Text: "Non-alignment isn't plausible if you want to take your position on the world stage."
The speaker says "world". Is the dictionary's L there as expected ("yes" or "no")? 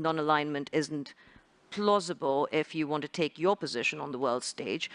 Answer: yes